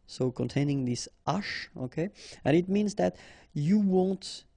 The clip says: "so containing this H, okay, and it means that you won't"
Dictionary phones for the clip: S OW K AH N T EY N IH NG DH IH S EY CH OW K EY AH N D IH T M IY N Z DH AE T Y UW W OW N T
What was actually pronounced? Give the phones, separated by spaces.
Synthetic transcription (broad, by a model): S OW K AH N T EY N IH NG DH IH S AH SH OW K EY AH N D IH T M IY N Z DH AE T Y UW W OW N T